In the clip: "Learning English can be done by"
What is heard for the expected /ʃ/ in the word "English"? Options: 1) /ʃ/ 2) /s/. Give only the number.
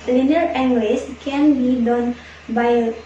2